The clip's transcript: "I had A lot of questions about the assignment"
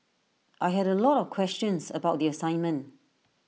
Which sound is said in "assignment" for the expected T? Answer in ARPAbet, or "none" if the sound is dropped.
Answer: T